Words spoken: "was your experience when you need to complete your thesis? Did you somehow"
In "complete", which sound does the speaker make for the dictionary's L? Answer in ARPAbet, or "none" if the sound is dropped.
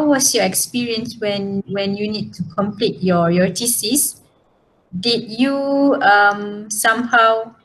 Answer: L